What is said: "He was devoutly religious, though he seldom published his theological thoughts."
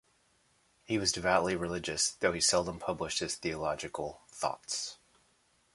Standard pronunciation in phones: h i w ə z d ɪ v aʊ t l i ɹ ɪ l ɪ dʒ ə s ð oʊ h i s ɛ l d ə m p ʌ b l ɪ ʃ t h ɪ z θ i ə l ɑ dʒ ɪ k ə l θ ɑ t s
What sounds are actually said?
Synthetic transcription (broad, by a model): h i w ə z d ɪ v aʊ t l i ɹ ɪ l ɪ dʒ ə s ð oʊ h i s ɛ l d ə m p ʌ b l ɪ ʃ t h ɪ z θ i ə l ɑ dʒ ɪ k l θ ɑ t s